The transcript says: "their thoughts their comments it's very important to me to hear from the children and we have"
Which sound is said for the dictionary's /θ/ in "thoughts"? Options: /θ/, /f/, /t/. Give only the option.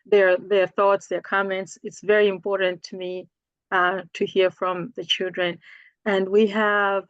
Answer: /θ/